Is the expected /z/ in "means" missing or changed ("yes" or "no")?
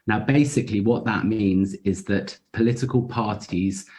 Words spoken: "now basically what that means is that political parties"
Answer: no